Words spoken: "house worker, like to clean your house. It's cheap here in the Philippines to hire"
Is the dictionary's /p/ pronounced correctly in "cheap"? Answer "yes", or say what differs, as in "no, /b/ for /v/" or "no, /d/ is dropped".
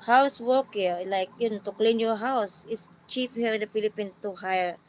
no, /f/ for /p/